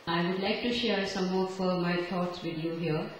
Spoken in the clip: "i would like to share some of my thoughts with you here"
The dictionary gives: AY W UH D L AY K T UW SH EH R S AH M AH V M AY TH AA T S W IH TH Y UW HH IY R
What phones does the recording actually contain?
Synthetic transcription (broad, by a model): AY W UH D L AY K T UW SH EH R S AH M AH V M AY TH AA T S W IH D Y UW HH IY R